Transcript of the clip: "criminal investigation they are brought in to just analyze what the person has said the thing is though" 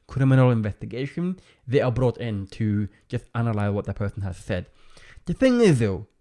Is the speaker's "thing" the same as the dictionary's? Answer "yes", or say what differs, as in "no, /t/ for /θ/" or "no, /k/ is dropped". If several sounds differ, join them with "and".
yes